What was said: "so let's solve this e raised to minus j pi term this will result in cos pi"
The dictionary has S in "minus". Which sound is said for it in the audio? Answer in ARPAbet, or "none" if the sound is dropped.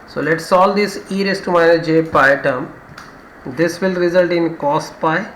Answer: none